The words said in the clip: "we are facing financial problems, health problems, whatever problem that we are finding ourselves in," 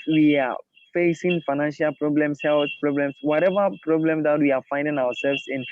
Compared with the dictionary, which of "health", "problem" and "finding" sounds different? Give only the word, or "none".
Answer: health